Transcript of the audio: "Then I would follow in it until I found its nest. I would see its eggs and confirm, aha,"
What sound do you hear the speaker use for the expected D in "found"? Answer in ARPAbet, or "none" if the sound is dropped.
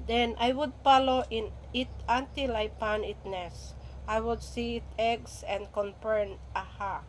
none